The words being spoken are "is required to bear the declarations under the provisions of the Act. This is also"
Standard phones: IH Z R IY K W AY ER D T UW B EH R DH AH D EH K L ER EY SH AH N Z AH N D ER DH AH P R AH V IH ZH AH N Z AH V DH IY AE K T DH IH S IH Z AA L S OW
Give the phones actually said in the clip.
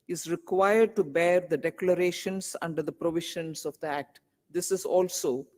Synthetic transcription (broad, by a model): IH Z R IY K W AY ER D T UW B EH R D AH D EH K L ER EY SH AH N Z AH N D ER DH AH P R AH V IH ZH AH N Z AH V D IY AE K T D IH S IH Z AA L S OW